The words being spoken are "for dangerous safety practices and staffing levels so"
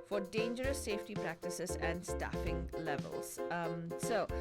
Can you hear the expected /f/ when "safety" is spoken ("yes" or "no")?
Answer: yes